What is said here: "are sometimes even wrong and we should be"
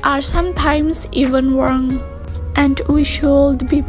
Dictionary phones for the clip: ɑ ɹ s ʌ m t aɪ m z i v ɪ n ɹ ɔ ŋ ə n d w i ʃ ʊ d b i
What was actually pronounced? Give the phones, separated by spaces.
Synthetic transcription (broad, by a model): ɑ ɹ s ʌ m t aɪ m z i v ɪ n w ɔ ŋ ə n d w i ʃ ʊ d b i